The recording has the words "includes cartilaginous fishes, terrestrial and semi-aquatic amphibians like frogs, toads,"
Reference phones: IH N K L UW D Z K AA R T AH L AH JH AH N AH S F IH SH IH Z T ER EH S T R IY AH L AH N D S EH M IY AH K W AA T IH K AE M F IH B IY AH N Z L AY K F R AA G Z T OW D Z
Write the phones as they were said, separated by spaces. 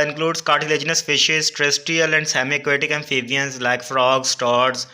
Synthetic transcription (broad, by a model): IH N K L UW D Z K AA R T AH L AH JH AH N AH S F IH SH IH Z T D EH S T IY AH L AH N D S EH M IY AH K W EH T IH K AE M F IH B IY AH N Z L AY K F R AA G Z T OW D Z